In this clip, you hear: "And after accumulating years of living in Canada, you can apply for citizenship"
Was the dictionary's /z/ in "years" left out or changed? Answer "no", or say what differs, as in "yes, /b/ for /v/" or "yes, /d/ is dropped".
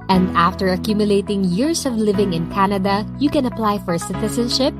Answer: yes, /s/ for /z/